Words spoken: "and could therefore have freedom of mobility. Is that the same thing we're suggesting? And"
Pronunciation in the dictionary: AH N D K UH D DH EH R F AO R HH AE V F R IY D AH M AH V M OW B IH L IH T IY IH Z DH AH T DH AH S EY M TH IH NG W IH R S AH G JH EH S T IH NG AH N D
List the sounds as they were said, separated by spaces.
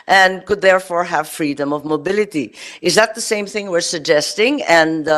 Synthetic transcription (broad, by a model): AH N K UH D DH EH R F AO R HH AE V F R IY D AH M AH V M OW B IH L IH T IY IH Z DH AH T DH AH S EY M TH IH NG W IH R S AH G JH EH S T IH NG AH N